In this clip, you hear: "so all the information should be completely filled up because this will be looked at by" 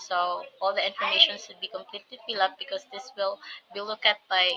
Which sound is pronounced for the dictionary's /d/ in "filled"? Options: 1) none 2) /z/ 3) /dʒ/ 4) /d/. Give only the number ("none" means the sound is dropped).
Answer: 1